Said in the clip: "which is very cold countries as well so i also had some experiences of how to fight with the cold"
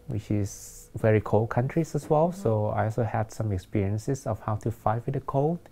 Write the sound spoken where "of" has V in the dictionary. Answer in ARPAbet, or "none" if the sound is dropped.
F